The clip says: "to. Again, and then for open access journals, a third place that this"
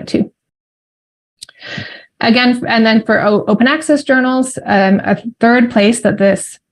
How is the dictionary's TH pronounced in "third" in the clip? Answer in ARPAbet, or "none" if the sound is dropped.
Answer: TH